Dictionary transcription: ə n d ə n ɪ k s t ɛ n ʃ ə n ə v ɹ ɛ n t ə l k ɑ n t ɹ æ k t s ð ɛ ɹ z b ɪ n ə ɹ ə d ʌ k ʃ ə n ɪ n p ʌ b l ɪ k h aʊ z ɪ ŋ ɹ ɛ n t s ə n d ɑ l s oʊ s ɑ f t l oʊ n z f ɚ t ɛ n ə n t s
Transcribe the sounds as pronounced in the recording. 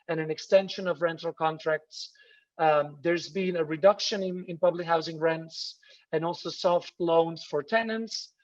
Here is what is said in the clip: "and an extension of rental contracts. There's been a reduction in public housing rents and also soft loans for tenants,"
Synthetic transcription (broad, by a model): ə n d ə n ɪ k s t ɛ n ʃ ə n ə v ɹ ɛ n t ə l k ɑ n t ɹ æ k t s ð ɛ ɹ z b ɪ n ə ɹ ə d ʌ k ʃ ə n ɪ n p ʌ b l ɪ k h aʊ z ɪ ŋ ɹ ɛ n t s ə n ɑ l s oʊ s ɑ f t l oʊ n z f ɚ t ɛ n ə n t s